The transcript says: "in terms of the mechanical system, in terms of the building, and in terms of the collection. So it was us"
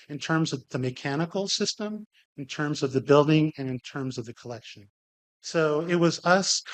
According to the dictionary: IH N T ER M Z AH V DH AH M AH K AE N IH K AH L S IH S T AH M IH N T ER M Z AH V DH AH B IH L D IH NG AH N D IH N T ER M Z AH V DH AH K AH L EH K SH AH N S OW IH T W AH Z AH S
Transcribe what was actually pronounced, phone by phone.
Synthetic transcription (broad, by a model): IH N T ER M Z AH V DH AH M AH K AE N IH K L S IH S T AH M IH N T ER M Z AH V DH AH B IH L D IH NG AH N IH N T ER M Z AH V DH AH K AH L EH K SH AH N S OW IH T W AH Z AH S